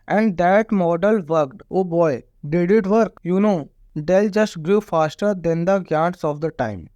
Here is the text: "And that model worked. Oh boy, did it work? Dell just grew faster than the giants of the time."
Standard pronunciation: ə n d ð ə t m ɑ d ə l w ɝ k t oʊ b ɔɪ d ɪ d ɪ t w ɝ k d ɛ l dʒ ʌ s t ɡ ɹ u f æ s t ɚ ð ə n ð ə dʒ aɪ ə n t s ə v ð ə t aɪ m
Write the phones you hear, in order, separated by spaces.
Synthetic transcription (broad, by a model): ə n d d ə t m ɑ d ə l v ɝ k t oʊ b ɔɪ d ɪ d ɪ t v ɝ k d ɛ l dʒ ʌ s t ɡ ɹ u f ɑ s t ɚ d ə n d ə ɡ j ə t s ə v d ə t aɪ m